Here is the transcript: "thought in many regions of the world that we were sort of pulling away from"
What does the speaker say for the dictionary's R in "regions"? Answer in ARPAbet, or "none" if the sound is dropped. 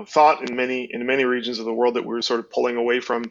R